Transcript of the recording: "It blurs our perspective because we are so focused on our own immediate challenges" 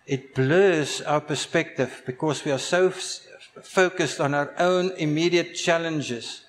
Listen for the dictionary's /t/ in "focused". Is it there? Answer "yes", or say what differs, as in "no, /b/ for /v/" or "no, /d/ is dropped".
yes